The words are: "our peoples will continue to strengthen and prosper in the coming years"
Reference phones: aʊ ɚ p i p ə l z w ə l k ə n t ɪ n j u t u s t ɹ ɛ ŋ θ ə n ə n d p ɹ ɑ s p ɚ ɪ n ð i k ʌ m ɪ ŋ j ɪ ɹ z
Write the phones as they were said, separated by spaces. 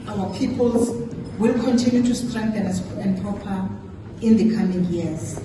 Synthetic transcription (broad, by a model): aʊ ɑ p i p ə l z w ə l k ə n t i n j u t u s t ɹ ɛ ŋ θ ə n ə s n p ɹ ɑ p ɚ ɪ n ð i k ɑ m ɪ ŋ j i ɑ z